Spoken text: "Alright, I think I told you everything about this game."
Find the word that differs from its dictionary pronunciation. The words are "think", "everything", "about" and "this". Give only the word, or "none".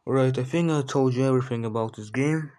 think